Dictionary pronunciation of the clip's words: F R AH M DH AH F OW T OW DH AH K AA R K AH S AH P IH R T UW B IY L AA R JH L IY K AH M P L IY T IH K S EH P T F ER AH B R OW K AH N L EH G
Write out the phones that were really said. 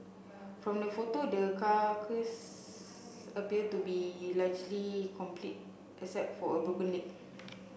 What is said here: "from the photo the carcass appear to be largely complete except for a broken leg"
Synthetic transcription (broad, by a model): F R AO M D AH F OW T OW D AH K AA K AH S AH P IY T UW B IY L AA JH L IY K AH M P L IY T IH S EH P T F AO AH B OW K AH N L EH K